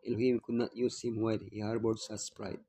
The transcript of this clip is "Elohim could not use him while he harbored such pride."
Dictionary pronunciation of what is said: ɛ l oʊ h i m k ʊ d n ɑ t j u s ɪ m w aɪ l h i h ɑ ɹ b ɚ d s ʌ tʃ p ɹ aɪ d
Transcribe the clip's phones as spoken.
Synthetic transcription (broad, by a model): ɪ l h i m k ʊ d n ɑ t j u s ɪ m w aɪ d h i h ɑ ɹ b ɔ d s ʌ s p ɹ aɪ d